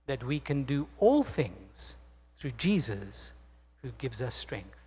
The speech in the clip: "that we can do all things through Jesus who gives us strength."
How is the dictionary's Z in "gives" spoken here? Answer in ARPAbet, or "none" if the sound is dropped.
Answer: Z